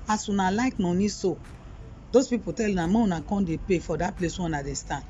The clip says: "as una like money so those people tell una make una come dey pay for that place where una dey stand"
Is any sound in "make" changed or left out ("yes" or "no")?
yes